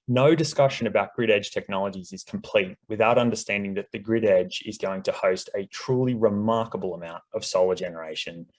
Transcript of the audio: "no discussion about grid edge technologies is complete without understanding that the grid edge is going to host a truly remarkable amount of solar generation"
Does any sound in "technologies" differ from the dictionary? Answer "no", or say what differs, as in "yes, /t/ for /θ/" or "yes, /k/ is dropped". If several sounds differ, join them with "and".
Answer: no